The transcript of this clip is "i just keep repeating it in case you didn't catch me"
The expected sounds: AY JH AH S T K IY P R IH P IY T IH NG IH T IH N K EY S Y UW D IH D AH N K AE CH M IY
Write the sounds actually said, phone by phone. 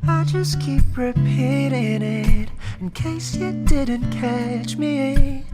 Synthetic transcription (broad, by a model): AY JH AH S K IY P R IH P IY T IH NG IH T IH N K EY S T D IH D N K AE CH M IY